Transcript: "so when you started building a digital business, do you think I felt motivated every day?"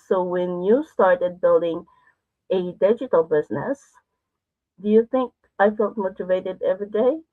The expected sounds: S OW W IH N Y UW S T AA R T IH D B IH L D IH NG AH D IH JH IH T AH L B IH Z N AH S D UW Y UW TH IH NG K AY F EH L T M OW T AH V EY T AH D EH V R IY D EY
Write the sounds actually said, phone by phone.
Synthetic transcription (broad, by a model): S OW W IH N Y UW S T AA R T IH D B IH L D IH NG AH D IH JH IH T L B IH Z N AH S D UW Y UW TH IH NG K AY F EH L T M OW T AH V EY T AH D EH V R IY D EY